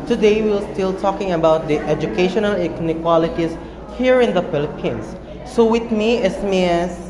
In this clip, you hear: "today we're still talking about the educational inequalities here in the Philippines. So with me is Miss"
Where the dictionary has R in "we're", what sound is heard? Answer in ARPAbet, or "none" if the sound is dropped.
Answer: L